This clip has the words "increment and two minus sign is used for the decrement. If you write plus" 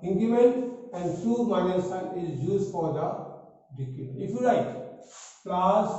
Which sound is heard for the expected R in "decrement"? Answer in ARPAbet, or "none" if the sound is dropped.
none